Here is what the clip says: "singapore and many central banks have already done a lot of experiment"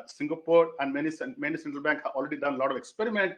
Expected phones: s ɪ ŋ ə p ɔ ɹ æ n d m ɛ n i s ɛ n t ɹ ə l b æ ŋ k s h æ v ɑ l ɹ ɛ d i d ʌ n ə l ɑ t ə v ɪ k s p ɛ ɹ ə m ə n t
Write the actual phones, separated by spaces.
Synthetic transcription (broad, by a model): s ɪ ŋ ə p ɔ ɹ æ n d m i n i s ɛ n t ɹ ə l b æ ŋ k h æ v ɑ l ɹ ɛ d i d ʌ n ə l ɑ t ə v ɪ k s p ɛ ɹ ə m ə n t